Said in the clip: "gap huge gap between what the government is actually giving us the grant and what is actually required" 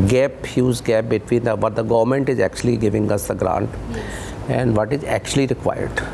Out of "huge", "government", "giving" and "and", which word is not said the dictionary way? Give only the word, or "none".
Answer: huge